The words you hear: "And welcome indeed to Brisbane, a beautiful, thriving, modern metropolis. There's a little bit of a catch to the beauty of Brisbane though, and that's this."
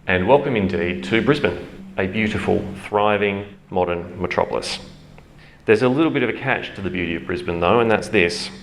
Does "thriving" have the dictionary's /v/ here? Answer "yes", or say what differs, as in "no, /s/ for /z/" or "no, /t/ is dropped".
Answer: yes